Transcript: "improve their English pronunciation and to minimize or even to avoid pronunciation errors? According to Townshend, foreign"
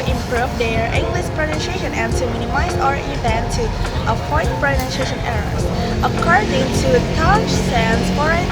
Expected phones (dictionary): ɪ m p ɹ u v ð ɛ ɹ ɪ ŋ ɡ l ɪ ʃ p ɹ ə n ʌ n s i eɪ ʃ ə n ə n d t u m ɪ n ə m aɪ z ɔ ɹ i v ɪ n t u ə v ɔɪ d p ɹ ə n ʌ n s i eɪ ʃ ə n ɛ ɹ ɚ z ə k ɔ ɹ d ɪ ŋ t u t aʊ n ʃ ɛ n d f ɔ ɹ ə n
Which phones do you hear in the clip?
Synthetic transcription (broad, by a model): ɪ m p ɹ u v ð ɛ ɹ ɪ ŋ ɡ l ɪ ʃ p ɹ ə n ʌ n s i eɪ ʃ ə n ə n t u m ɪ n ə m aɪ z ɔ ɹ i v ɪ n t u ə f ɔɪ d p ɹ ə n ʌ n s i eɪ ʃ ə n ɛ ɹ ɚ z ə k ɔ ɹ d ɪ ŋ t u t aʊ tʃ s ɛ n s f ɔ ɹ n